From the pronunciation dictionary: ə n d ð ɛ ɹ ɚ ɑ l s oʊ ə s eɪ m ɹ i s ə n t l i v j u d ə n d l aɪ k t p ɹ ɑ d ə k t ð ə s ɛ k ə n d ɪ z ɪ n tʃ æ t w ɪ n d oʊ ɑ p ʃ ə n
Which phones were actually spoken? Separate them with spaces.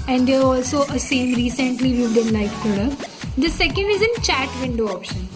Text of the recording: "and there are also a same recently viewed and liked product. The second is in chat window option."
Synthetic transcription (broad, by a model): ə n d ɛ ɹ ɑ l s oʊ ə s eɪ m ɹ i s ə n t l i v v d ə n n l aɪ t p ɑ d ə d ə s ɛ k ə n d ɪ z ɪ n tʃ æ t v ɪ n d oʊ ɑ p ʃ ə n